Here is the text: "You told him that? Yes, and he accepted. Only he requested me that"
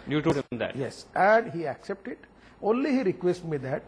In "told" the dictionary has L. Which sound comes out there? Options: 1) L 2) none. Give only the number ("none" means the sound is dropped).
2